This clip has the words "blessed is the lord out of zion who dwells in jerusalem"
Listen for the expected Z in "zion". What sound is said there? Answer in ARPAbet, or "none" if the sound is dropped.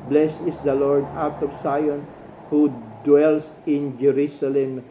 S